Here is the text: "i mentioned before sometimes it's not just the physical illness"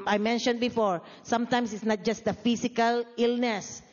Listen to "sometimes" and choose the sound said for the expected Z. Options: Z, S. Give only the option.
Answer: S